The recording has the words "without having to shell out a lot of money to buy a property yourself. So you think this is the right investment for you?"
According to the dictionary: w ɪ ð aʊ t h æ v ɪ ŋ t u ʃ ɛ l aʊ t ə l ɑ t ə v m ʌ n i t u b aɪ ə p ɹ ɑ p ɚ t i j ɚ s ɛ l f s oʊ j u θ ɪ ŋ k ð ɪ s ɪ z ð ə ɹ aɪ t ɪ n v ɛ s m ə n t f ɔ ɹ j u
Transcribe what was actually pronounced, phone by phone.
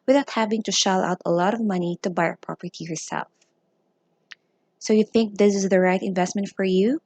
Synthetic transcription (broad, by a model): w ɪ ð aʊ t h æ v ɪ ŋ t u ʃ ɛ l aʊ t ə l ɑ t ə v m ʌ n i t u b aɪ ə p ɹ ɑ p ɚ t i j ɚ s ɛ l f s oʊ j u θ ɪ ŋ k ð ɪ s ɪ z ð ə ɹ aɪ t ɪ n v ɛ s m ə n t f ɔ ɹ j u